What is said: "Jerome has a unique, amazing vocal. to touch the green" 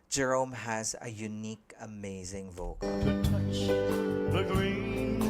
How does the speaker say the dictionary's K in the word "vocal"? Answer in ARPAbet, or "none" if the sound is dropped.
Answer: none